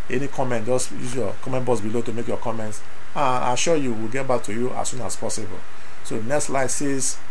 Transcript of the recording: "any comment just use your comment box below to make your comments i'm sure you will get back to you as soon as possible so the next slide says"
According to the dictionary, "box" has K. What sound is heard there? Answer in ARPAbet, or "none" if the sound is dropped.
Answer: none